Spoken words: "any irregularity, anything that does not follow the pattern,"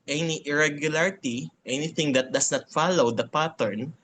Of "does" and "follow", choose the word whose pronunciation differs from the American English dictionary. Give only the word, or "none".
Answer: does